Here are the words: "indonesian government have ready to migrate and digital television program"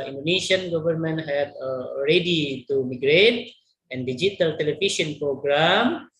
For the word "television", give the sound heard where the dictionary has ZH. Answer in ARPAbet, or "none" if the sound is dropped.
SH